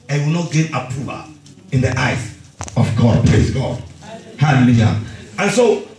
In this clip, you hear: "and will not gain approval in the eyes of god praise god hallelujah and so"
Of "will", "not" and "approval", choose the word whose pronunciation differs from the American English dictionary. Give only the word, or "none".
approval